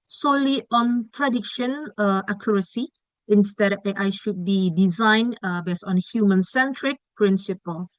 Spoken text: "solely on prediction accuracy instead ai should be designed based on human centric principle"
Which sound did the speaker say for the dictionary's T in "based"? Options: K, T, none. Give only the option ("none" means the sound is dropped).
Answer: none